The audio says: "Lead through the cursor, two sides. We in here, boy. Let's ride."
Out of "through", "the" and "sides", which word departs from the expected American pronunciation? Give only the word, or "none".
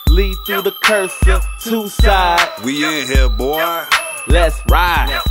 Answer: sides